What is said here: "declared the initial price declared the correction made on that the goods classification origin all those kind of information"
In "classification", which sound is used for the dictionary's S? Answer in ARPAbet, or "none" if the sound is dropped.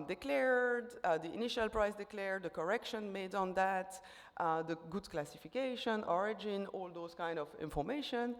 S